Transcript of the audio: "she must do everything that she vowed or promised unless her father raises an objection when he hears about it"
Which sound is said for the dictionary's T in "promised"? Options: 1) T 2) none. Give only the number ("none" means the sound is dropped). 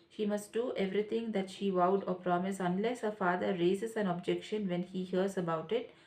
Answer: 2